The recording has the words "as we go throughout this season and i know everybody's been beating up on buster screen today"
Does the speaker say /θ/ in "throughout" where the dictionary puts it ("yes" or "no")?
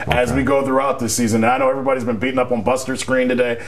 yes